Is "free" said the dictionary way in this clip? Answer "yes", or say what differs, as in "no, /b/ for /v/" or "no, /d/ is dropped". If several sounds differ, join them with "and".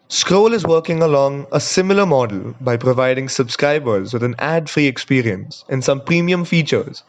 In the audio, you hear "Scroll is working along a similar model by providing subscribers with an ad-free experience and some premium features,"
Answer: yes